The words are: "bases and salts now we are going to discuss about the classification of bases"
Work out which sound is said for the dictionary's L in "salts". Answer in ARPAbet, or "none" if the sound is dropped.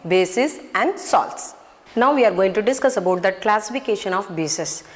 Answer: L